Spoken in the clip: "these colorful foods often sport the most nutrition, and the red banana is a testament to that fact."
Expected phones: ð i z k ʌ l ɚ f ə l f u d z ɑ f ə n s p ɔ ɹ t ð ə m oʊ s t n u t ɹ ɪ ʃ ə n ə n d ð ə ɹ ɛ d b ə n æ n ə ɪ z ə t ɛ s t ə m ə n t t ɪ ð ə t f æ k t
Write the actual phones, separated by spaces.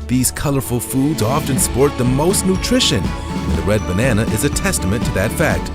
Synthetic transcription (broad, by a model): ð i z k ʌ l ɚ f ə l f u d z ɑ f ə n s p ɔ ɹ t ð ə m oʊ s t n u t ɹ ɪ ʃ ə n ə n ð ə ɹ ɛ d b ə n æ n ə ɪ z ə t ɛ s t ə m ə n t t ɪ ð ə t f æ k t